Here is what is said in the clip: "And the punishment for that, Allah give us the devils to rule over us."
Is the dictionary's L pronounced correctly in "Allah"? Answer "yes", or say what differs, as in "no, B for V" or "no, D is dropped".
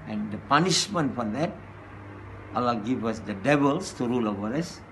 yes